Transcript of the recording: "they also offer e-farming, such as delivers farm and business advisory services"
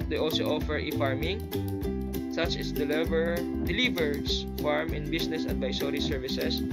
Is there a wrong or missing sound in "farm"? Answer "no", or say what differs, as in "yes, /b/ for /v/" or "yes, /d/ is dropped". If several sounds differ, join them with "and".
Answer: no